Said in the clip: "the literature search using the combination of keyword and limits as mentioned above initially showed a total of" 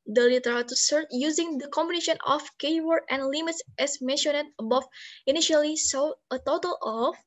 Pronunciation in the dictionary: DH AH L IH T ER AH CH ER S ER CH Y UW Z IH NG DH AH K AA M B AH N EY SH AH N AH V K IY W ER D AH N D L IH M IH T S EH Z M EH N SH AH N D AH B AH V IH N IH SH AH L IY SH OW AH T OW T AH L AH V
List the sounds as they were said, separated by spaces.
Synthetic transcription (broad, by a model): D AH L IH T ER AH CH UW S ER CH Y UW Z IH NG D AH K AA M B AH N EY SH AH N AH F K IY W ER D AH N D L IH M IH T S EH S M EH N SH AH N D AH B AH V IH N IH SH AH L IY S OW AH T OW T AH L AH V